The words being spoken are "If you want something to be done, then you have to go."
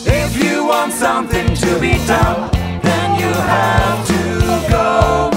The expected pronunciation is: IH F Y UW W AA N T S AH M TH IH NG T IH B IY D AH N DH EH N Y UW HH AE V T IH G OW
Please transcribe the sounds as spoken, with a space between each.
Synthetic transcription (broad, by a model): IH F Y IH W AA N T S AH M TH IH NG T IH B IY D AH N DH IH N Y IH HH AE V T IH G OW